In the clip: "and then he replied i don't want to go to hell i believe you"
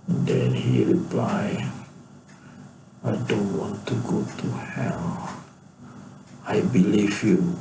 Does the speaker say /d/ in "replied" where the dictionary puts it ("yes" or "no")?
no